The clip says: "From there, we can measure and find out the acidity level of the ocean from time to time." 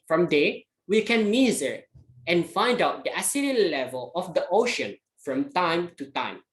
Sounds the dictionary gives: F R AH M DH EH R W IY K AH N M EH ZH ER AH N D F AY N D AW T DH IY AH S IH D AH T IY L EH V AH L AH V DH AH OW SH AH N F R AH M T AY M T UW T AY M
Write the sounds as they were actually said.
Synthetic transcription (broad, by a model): F R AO M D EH W IY K AH N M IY Z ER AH N F AY N D AW T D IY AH S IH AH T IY L EH V AH L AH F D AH OW SH AH N F R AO M T AY M T UW T AY M